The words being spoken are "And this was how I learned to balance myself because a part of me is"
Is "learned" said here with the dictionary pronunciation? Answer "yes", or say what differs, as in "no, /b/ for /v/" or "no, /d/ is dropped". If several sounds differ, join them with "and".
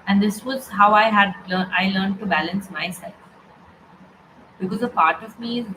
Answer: no, /l/ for /n/